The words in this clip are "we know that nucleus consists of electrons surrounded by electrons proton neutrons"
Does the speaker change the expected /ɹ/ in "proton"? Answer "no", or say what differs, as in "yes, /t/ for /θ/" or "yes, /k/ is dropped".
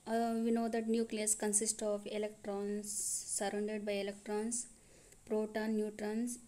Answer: no